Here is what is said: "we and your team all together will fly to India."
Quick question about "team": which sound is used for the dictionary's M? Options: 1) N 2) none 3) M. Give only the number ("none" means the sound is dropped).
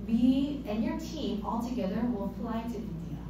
3